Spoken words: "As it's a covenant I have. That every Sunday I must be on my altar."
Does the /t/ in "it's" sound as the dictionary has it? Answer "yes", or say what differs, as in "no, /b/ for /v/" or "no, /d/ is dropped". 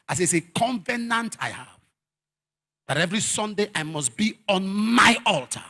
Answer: no, /s/ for /t/